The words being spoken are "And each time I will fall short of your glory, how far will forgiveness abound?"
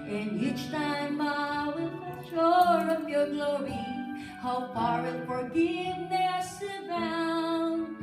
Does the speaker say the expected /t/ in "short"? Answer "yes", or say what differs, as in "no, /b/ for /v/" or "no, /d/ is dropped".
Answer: no, /t/ is dropped